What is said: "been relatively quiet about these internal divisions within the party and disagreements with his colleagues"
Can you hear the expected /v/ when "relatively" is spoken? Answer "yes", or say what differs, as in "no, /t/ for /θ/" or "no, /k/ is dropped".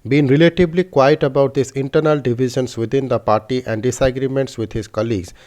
no, /b/ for /v/